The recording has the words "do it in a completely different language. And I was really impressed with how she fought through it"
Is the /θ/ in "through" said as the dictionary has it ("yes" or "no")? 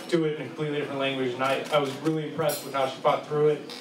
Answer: yes